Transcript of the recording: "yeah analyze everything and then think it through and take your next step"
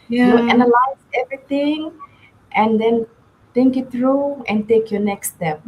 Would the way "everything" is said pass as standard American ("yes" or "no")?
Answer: no